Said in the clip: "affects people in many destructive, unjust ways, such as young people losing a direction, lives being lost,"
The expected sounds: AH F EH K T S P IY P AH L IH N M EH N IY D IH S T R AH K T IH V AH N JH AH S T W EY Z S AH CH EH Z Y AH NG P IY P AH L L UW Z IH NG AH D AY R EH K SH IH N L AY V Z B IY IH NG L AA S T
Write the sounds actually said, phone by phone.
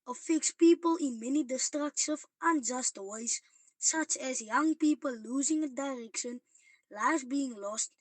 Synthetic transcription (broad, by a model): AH F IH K S P IY P AH L IH N M EH N IY D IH S T R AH K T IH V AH N JH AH S T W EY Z S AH CH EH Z Y AH NG P IY P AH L L UW Z IH NG AH D AY R EH K SH IH N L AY Z B IY IH NG L AA S T